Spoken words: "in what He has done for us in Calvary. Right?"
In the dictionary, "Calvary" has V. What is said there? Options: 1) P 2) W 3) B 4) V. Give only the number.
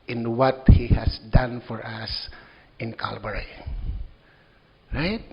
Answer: 3